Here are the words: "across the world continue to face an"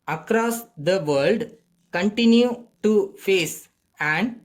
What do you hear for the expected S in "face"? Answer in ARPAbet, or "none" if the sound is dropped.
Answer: S